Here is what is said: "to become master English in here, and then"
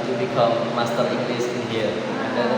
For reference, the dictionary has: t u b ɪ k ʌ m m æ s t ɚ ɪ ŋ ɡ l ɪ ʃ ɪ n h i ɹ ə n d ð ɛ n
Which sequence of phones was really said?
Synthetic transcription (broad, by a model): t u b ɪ k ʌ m m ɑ s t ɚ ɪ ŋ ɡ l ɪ s ɪ n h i ə n d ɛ